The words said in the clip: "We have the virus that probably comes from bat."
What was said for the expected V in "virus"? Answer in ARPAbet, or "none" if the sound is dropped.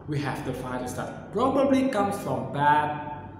F